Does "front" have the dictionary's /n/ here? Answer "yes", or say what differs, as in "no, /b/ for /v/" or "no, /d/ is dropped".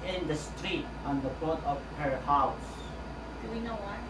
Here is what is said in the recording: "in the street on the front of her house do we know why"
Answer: no, /n/ is dropped